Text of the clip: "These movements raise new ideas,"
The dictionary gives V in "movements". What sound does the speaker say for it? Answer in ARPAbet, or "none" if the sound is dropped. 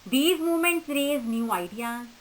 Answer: none